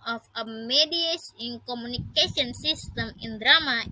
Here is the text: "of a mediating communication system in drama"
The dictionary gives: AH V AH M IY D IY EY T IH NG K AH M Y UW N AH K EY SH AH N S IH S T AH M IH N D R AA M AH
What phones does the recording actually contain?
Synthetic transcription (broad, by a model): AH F AH M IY D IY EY S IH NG K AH M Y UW N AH K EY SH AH N S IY S T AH M IH N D R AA M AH